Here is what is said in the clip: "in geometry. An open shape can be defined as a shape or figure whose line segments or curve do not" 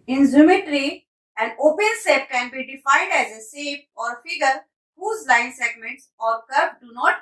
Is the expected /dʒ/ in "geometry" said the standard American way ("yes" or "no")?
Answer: no